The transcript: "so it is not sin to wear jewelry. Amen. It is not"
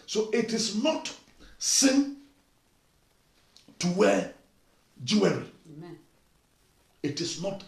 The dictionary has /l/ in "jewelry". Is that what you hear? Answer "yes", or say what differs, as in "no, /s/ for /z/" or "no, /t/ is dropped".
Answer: no, /w/ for /l/